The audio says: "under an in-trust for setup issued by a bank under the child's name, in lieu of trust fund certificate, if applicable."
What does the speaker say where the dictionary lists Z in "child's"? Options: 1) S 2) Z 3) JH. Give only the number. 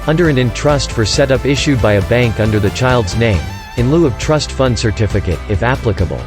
2